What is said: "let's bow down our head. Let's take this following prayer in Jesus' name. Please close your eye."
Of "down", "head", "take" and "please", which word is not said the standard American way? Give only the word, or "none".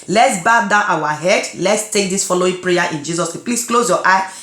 please